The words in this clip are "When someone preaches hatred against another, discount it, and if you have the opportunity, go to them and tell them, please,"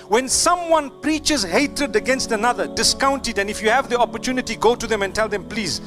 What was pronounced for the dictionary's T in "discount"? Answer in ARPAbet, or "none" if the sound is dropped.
T